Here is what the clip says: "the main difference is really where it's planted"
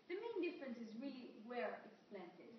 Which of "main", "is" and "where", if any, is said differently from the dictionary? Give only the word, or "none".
none